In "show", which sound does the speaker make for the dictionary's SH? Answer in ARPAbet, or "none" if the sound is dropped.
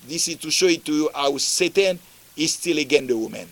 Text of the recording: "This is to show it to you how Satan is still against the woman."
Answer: SH